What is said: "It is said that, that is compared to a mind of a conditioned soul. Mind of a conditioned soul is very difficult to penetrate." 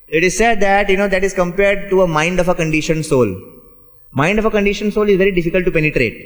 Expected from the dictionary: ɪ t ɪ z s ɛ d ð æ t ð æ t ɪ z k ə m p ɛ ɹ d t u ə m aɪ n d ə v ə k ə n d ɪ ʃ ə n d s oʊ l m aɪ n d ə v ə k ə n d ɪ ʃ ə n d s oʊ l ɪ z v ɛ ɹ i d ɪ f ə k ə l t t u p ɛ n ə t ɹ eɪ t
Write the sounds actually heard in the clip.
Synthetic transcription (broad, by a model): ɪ t ɪ z s ɛ d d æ t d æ t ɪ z k ə m p ɛ ɹ d t u ə m aɪ n d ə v ə k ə n d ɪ ʃ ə n s oʊ l m aɪ n d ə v ə k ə n d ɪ ʃ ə n s oʊ l ɪ z v ɛ ɹ i d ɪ f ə k ə l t t u p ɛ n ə t ɹ eɪ t